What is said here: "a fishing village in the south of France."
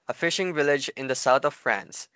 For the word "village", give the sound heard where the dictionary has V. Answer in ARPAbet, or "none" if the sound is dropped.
V